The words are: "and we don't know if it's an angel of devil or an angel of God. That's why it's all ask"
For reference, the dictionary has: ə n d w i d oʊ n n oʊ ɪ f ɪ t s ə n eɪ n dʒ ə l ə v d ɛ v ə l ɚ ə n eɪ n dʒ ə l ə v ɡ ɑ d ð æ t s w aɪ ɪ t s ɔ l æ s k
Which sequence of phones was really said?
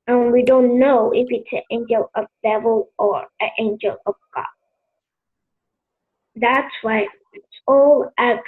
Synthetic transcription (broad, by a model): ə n w i d oʊ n n oʊ ɪ f ɪ t s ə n eɪ n dʒ ə l ə v d ɛ v ə l ɚ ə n eɪ n dʒ ə l ə v ɡ ɑ d ð æ t s w aɪ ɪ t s ɔ l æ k